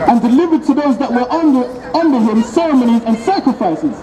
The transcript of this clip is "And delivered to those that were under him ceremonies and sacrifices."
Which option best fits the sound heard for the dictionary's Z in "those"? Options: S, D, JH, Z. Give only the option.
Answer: Z